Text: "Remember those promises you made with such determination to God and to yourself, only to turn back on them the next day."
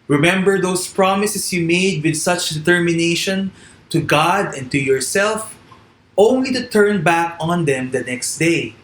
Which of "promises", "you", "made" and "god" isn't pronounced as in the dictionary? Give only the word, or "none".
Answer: promises